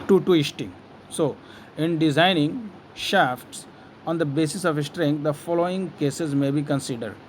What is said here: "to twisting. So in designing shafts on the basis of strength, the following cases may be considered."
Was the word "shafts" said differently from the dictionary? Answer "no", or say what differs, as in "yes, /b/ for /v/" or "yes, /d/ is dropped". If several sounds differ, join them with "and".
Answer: no